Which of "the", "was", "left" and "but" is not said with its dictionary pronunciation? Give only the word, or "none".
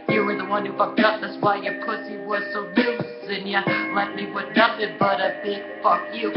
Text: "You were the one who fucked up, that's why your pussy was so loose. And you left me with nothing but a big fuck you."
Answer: left